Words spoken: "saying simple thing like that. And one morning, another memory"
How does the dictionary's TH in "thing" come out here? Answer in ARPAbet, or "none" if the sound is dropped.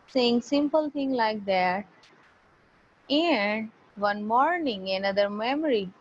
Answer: T